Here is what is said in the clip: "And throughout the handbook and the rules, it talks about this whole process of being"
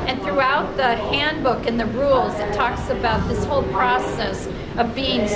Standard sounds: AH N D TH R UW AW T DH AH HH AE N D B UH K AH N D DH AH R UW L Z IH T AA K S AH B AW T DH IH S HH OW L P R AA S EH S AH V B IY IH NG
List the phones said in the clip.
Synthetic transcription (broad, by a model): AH N TH R UW AW T DH AH HH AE N B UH K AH N DH AH R UW L Z IH T AA K S AH B AW T DH IH S HH OW L P R AA S EH S AH V B IY IH NG